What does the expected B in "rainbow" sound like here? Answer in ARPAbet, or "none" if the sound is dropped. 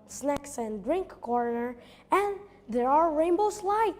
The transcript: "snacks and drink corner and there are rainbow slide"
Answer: B